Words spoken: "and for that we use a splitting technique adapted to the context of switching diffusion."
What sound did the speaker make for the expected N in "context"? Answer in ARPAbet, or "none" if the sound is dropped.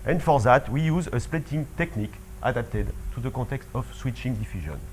none